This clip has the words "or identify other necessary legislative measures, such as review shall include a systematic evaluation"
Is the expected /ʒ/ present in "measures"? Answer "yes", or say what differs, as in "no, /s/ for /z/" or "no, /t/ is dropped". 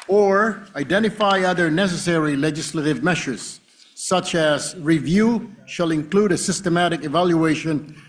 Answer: no, /ʃ/ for /ʒ/